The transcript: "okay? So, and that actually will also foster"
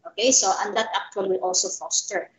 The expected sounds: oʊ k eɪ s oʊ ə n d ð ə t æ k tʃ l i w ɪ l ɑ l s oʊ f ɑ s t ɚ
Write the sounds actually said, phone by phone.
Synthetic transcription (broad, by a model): oʊ k eɪ s oʊ ə n d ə t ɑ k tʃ w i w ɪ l ɑ l s oʊ f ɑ s t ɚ